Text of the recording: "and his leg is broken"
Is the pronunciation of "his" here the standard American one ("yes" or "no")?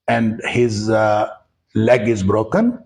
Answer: yes